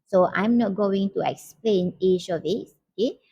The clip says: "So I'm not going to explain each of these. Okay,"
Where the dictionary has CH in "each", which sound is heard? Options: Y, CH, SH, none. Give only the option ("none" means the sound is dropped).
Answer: SH